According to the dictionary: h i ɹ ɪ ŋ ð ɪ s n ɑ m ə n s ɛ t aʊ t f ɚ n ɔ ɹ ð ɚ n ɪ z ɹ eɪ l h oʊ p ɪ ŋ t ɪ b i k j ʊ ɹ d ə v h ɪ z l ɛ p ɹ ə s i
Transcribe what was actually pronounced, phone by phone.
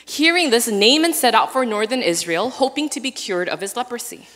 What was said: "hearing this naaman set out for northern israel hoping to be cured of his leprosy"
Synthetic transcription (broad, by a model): h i ɹ ɪ ŋ ð ɪ s n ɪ m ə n s ɛ t aʊ t f ɚ n ɔ ɹ ð ɚ n ɪ z ɹ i l h oʊ p ɪ ŋ t ɪ b i k j ʊ ɹ d ə v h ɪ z l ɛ p ɹ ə s i